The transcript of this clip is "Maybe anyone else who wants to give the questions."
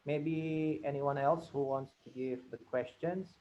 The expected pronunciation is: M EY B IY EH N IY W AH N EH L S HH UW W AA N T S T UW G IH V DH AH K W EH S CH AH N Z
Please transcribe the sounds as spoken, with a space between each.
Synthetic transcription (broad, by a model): M EY B IY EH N IY W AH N EH L S HH UW W AA N T S T UW G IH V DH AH K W EH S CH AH N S